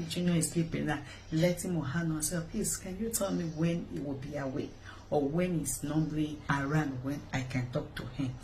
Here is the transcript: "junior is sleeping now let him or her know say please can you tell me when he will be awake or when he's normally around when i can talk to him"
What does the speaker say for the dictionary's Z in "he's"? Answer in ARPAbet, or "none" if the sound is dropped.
S